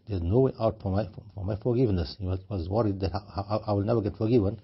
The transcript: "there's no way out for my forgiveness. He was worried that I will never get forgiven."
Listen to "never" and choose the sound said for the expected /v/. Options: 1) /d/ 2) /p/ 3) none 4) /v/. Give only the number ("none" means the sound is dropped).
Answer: 4